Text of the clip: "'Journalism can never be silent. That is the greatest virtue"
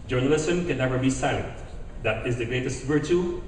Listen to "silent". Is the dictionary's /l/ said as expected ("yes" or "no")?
no